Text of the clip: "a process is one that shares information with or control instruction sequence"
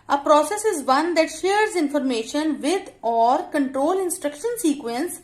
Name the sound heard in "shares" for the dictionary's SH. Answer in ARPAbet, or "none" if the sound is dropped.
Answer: SH